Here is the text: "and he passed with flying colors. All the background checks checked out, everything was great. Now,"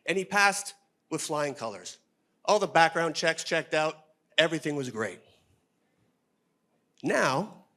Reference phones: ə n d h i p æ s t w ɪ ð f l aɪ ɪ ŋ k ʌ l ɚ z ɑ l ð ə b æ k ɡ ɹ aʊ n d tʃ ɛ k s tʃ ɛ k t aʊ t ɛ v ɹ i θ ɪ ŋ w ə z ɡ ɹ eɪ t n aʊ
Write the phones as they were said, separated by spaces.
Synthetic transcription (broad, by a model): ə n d i p æ s t w ɪ ð f l aɪ ɪ ŋ k ʌ l ɚ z ɑ l ð ə b æ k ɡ ɹ aʊ n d tʃ ɛ k s tʃ ɛ k t aʊ t ɛ v ɹ i θ ɪ ŋ w ə z ɡ ɹ eɪ t n aʊ